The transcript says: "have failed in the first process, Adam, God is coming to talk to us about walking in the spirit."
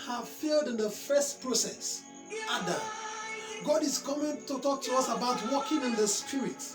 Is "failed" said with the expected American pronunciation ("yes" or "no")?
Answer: yes